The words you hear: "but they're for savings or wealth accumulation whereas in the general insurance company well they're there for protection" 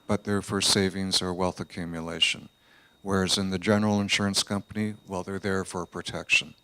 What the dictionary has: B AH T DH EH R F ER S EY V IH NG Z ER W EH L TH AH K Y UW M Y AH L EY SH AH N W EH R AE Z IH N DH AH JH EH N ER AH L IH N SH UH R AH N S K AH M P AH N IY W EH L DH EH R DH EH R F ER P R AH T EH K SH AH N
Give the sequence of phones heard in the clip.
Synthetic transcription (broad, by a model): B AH T DH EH R F ER S EY V IH NG Z ER W EH L TH AH K Y UW M Y AH L EY SH AH N W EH R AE Z IH N DH AH JH EH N ER L IH N SH UH R AH N S K AH M P AH N IY W EH L DH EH R DH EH R F ER P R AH T EH K SH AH N